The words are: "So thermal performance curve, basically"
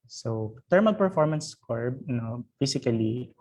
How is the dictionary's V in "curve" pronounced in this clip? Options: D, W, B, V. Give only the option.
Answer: B